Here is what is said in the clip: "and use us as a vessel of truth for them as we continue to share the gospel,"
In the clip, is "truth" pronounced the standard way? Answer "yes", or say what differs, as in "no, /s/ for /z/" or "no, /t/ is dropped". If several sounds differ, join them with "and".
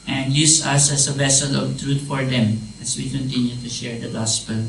no, /t/ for /θ/